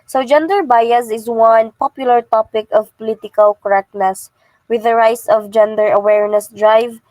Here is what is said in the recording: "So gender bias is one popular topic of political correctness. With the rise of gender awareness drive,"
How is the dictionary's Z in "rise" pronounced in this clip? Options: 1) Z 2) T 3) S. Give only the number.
3